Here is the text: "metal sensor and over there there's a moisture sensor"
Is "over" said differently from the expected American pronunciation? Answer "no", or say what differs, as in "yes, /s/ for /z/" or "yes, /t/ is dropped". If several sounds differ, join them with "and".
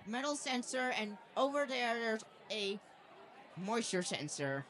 no